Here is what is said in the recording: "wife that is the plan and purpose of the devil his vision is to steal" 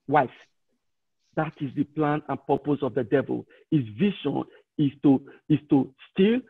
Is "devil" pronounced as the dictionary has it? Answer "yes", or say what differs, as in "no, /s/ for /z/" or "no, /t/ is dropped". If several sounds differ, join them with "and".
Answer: yes